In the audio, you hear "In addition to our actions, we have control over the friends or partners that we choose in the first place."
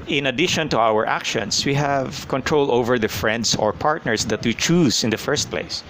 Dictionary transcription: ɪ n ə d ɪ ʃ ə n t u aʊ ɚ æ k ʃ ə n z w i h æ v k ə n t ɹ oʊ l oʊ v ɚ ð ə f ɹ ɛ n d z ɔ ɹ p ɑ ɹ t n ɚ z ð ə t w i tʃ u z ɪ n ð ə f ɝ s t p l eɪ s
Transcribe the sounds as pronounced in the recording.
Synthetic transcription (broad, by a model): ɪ n ə d ɪ ʃ ə n t u aʊ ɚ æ k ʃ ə n s w i h æ v k ə n t ɹ oʊ l oʊ v ɚ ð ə f ɹ ɛ n d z ɔ ɹ p ɑ ɹ t n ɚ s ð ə t w i tʃ u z ɪ n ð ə f ɝ s t p l eɪ s